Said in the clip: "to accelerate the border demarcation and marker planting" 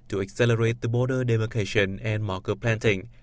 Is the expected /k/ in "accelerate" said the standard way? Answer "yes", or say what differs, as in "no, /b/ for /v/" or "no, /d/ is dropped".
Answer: yes